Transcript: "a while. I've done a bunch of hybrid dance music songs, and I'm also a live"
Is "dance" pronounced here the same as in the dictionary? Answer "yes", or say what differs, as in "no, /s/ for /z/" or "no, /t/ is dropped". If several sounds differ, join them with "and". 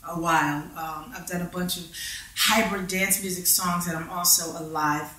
yes